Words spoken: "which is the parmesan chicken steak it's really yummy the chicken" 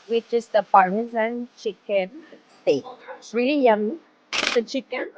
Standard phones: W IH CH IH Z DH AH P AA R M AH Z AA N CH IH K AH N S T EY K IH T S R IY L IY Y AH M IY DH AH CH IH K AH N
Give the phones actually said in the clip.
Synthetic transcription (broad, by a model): W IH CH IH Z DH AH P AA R AH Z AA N CH IH K AH N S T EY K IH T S R IY L IY Y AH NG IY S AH CH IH K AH N